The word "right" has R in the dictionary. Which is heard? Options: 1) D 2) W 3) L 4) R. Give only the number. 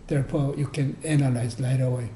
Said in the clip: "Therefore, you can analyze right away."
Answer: 3